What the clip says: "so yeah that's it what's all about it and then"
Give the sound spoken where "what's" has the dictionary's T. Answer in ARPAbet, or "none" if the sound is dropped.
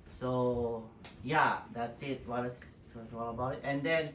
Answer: S